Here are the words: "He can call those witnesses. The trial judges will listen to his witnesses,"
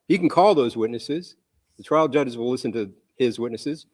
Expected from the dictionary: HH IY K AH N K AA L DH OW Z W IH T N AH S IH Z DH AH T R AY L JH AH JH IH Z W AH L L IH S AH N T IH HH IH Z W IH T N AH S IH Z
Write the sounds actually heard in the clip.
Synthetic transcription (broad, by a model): HH IY K N K AA L DH OW Z W IH T N AH S IH Z DH AH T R AY L JH AH JH IH Z W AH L L IH S AH N T IH IH Z W IH T N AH S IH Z